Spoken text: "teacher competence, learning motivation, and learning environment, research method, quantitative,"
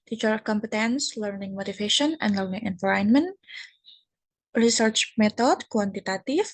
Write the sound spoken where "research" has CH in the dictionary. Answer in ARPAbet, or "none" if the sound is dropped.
CH